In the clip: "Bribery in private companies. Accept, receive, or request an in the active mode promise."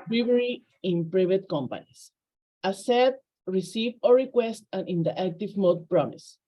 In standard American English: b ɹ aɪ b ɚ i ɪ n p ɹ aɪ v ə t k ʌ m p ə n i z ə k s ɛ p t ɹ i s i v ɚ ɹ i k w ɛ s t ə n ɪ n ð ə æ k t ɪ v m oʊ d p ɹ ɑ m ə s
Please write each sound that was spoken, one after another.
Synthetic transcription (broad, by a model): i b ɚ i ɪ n p ɹ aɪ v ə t k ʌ m p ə n i s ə s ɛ t ɹ i s i v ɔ ɹ i k w ɛ s t ə n ɪ n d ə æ k t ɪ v m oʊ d p ɹ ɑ m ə s